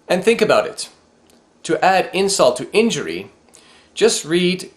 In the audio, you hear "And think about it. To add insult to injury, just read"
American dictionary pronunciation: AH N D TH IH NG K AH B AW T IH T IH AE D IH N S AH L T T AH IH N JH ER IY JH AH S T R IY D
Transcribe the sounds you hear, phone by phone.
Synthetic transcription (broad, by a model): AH N TH IH NG K AH B AW T IH T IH AE D IH N S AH L T T IH N JH ER IY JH AH S T R IY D